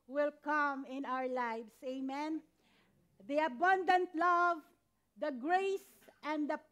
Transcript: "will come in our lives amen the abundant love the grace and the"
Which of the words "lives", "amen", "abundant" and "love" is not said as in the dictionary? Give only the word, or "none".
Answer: lives